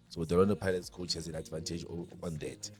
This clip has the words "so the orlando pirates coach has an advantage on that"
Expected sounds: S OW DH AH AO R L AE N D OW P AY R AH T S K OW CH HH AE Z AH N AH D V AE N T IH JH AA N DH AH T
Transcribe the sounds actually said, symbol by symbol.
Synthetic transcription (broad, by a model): S OW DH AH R AO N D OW P AY L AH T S K OW CH HH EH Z AH N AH D V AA N T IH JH AA N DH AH T